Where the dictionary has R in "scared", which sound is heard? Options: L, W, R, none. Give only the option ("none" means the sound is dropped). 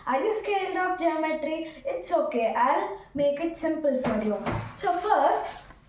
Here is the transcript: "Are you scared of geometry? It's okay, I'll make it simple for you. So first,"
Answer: L